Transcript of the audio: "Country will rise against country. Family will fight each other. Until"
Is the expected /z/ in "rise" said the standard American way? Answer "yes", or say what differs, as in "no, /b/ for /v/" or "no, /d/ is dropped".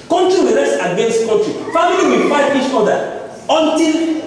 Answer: no, /s/ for /z/